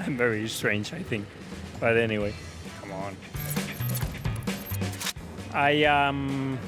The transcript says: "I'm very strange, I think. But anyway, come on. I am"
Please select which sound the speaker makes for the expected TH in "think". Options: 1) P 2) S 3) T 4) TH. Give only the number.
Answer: 4